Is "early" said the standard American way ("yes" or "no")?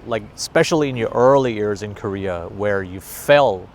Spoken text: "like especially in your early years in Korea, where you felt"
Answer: yes